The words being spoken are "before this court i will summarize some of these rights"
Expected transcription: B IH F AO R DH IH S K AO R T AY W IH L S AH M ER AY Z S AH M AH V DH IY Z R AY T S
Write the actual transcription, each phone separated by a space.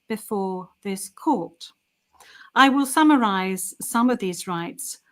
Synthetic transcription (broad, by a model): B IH F AO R DH IH S K AO R T AY W IH L S AH M ER AY Z S AH M AH V DH IY Z R AY T S